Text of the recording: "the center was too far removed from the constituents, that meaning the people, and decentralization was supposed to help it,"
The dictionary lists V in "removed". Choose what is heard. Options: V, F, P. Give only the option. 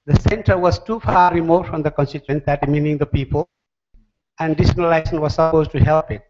F